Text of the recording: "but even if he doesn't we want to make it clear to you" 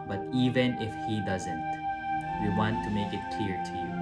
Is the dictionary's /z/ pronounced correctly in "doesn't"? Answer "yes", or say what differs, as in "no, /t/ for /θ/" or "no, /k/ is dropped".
yes